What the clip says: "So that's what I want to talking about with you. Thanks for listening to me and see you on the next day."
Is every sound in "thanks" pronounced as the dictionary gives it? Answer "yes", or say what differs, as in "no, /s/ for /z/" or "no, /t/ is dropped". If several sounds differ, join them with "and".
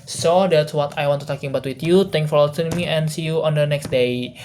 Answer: no, /t/ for /θ/ and /s/ is dropped